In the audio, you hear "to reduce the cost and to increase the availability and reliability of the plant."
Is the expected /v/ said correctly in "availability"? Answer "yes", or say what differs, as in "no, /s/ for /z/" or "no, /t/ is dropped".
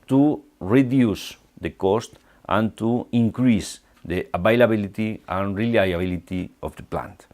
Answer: no, /b/ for /v/